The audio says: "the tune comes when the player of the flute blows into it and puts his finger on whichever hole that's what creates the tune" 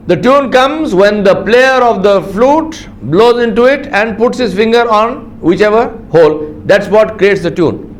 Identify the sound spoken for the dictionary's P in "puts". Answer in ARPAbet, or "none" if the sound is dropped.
P